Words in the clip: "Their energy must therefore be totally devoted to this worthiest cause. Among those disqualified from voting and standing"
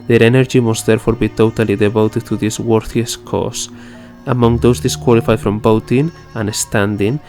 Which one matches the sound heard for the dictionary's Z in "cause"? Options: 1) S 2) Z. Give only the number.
1